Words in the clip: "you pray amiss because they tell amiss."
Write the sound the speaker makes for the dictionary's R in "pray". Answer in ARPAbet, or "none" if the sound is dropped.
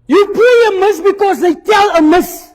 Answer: none